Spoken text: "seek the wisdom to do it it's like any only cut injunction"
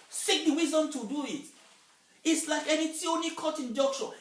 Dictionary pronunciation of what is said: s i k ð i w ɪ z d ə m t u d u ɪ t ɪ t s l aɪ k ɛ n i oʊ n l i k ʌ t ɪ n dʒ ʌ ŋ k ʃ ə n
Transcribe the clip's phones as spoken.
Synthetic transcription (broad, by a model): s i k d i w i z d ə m t u d u ɪ t ɪ t s l aɪ k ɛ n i oʊ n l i k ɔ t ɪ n dʒ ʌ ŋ k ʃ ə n